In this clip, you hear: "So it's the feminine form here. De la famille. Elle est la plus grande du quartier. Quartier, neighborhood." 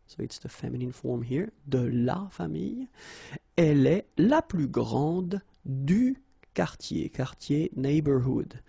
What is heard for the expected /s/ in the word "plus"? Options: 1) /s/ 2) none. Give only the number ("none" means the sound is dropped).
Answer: 2